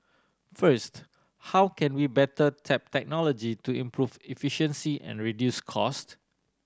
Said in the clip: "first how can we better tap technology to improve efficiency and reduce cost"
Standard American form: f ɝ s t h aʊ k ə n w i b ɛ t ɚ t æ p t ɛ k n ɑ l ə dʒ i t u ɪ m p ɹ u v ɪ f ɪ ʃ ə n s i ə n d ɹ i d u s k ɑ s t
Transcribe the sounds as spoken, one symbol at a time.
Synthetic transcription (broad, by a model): f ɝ s t h aʊ k ə n w i b ɛ t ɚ t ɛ p t ɛ k n ɑ l ə dʒ i t u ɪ m p ɹ u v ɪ f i ʃ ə n s i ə n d ɹ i d u s k ɑ s t